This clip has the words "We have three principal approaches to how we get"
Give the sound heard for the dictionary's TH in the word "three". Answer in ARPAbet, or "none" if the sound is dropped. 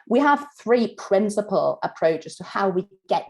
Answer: TH